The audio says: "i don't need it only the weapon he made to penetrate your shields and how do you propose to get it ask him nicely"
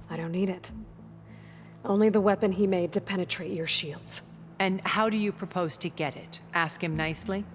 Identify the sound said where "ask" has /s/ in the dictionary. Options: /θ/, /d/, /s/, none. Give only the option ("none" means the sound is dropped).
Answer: /s/